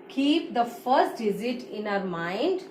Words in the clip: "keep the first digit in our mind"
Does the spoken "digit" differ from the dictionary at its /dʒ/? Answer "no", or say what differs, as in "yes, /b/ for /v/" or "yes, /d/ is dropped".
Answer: yes, /z/ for /dʒ/